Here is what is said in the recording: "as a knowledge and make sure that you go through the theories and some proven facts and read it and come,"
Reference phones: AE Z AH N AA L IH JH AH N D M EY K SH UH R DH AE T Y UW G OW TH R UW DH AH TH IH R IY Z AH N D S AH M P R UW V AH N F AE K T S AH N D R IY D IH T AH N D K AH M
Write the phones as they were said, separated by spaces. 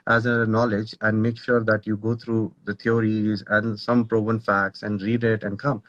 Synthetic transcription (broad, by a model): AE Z AH N AA L IH JH AH N D M EY K SH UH R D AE T Y UW G OW T R UW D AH T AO R IY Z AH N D S AH M P R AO B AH N F AE K T S AH N D R IY D IH T AH N D K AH M